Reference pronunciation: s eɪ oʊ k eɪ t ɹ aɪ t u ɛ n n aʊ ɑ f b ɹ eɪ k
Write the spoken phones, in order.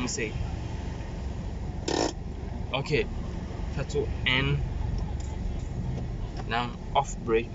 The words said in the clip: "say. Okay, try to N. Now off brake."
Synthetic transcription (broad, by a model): s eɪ oʊ k eɪ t aɪ t u ɛ n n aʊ ɑ f b ɹ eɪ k